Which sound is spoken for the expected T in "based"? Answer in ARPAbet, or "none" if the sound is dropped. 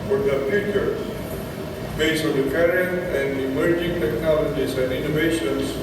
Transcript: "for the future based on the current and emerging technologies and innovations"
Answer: none